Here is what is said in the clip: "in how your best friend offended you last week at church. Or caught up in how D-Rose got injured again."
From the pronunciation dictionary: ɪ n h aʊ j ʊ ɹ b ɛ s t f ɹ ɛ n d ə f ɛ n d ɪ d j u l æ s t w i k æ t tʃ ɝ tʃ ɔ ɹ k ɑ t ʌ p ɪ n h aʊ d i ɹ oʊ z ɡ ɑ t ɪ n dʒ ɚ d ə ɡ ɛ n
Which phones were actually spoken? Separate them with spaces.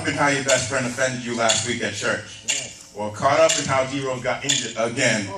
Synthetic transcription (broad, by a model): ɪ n h aʊ j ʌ ɹ b ɛ s t f ɹ ɛ n d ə f ɛ n d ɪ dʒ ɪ l æ s t w i k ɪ t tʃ ɝ tʃ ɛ l k ɑ t ʌ p ɪ n h aʊ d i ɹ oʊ ɡ ɑ t ɪ n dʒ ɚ ə ɡ ɛ n